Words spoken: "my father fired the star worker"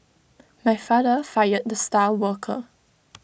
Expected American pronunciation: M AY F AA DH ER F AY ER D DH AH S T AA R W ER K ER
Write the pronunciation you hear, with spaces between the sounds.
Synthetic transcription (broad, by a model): M AY F AA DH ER F AY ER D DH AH S T AA L W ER K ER